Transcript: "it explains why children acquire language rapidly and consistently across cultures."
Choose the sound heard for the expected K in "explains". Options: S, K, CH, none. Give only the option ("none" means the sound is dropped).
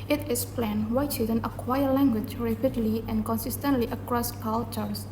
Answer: none